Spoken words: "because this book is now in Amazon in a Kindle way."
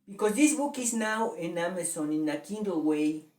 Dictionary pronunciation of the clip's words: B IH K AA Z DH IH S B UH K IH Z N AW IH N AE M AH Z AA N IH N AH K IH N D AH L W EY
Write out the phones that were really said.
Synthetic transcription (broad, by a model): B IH K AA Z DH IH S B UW K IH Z N AW IH N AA M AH S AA N IH N AH K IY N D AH W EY